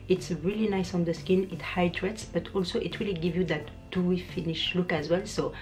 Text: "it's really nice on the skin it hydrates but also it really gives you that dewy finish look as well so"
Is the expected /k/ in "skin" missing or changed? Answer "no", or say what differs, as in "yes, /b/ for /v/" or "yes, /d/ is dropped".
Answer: no